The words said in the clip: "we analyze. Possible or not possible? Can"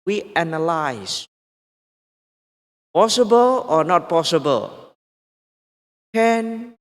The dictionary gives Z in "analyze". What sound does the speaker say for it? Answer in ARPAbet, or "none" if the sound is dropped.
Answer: S